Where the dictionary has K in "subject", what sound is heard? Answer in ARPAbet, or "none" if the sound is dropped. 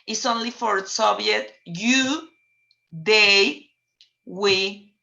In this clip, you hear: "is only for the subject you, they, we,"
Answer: none